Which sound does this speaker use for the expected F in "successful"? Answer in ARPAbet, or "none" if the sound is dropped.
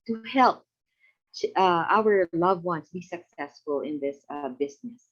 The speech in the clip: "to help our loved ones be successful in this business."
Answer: F